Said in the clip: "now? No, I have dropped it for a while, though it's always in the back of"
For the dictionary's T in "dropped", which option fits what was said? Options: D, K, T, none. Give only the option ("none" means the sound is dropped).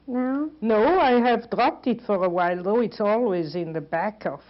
T